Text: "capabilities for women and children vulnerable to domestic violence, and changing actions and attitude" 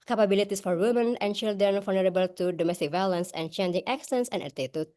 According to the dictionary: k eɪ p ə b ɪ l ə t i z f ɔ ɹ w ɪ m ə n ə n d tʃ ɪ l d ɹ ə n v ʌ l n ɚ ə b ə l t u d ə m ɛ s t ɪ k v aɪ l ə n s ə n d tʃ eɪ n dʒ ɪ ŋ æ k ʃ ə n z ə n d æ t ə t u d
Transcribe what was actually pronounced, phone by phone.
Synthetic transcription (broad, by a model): k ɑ p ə b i l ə t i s f ɔ ɹ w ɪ m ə n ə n tʃ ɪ l d ɹ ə n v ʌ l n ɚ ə b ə l t u d ə m ɛ s t ɪ k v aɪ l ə n s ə n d tʃ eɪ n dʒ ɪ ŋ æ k s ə n s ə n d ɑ t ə t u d